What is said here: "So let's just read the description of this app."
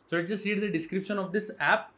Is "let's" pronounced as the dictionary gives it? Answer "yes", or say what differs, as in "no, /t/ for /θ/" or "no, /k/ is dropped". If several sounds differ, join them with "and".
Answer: no, /s/ is dropped